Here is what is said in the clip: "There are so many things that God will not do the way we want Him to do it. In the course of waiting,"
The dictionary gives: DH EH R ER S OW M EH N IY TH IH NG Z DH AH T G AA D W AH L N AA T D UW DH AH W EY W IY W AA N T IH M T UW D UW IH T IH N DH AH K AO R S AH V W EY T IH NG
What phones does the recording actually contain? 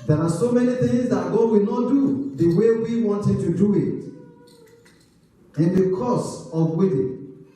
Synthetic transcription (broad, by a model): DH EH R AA S OW M EH N IY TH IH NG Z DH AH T G AA D W AH L N AA T D UW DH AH W EY W IY W AA N T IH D T UW D UW IH T IH N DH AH K AO S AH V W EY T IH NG